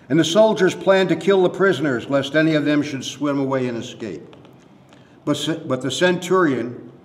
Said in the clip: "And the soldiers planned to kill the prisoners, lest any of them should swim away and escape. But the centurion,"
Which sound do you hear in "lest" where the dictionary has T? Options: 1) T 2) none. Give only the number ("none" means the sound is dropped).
1